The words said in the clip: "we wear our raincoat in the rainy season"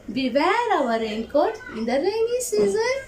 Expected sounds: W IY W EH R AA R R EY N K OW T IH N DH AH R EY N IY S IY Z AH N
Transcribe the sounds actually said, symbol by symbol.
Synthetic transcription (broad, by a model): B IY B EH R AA W R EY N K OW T IH N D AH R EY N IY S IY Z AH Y